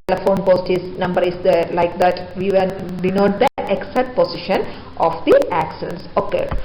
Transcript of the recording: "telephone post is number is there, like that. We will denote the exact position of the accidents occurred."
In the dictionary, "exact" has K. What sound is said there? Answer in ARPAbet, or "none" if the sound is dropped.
none